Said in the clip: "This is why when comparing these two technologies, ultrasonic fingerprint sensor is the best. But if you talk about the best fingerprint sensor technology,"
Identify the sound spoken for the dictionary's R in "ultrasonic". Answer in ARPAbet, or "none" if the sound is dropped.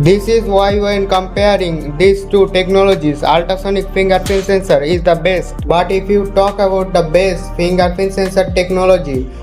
none